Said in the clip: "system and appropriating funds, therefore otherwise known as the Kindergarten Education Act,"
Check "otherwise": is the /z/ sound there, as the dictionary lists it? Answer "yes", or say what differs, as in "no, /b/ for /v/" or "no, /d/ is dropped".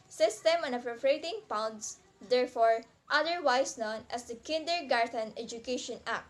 no, /s/ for /z/